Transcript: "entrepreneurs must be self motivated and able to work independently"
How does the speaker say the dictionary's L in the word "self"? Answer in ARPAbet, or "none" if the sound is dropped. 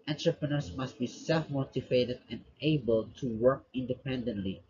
L